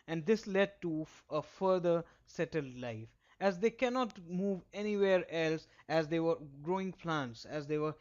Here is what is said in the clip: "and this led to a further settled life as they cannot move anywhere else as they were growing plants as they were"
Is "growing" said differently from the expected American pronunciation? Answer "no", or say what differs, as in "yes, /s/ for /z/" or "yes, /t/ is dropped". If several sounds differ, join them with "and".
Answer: no